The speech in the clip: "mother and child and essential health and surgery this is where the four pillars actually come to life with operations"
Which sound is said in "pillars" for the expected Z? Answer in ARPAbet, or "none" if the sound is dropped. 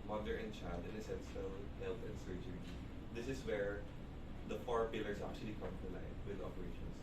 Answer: S